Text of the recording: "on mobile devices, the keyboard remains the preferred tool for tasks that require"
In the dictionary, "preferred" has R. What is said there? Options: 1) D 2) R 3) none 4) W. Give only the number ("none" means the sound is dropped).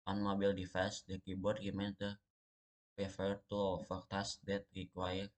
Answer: 3